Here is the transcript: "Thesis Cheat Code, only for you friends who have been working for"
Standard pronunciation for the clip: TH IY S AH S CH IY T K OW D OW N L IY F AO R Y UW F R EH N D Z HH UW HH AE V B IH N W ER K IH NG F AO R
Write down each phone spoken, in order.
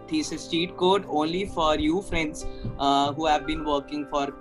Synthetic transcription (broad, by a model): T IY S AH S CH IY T K OW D OW N L IY F AO R Y UW F R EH N D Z HH UW HH AE V B IH N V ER K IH NG F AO R